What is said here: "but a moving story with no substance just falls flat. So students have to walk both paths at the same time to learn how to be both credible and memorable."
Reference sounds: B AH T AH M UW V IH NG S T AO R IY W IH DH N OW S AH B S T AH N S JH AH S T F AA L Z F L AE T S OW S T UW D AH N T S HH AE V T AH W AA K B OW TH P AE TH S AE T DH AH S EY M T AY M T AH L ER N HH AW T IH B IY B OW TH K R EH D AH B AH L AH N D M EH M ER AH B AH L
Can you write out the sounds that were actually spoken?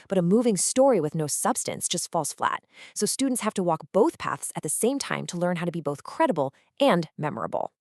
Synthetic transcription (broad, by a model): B AH T AH M UW V IH NG S T AO R IY W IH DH N OW S AH B S T AH N S JH AH S T F AA L S F L AE T S OW S T UW D N T S HH AE F T AH W AA K B OW TH P AE TH S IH T DH AH S EY M T AY M T AH L ER N HH AW T IH B IY B OW TH K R EH D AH B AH L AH N M EH M ER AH B L